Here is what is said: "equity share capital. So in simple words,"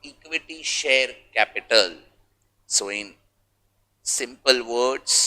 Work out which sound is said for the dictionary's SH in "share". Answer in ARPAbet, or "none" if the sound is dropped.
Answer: SH